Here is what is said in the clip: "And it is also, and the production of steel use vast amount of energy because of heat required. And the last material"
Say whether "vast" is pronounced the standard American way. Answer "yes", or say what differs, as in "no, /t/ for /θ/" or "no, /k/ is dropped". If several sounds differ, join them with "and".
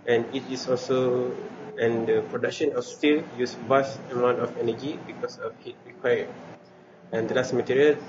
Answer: no, /t/ is dropped